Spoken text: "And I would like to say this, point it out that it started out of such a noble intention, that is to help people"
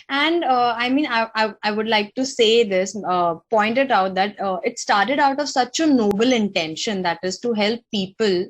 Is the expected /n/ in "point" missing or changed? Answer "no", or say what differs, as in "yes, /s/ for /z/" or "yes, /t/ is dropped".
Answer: no